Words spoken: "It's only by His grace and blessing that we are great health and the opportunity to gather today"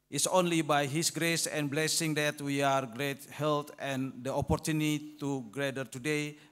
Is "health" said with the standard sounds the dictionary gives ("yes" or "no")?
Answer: no